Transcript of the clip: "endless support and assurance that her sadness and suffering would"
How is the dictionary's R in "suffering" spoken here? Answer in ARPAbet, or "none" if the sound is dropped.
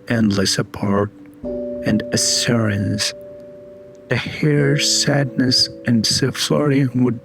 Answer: L